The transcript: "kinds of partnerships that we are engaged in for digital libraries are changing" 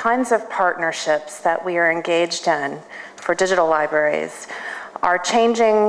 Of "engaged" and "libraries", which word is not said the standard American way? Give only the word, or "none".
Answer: none